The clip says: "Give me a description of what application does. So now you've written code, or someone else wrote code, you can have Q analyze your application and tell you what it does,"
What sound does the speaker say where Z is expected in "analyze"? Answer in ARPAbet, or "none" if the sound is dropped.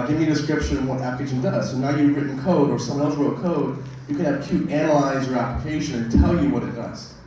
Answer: Z